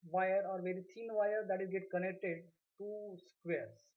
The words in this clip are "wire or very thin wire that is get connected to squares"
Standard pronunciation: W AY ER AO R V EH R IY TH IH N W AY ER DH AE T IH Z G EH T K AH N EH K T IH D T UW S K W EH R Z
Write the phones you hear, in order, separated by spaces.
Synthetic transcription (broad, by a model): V AY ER AO R V EH R IY T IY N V AY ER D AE T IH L G EH T K AH N EH K T IH D T UW S K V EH R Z